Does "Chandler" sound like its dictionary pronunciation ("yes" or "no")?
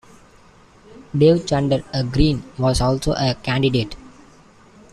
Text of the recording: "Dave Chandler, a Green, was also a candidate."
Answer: no